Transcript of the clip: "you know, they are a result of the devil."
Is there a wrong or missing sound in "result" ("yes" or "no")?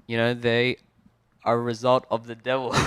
no